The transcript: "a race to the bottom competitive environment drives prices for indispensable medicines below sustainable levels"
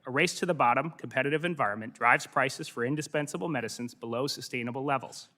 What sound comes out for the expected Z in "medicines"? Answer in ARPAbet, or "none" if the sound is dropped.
Z